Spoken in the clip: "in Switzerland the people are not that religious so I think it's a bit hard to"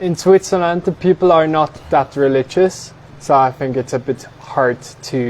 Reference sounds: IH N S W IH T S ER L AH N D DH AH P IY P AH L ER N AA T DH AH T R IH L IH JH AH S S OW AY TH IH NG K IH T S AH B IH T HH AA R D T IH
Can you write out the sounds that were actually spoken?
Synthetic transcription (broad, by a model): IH N S W IH T S ER L AH N D DH AH P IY P AH L ER N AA T DH AH T R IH L IH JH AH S S OW AY TH IH NG K IH T S AH B IH T HH AA R D T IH